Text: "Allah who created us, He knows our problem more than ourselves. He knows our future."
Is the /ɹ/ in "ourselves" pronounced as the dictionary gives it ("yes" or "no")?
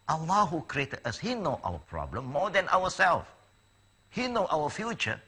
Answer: no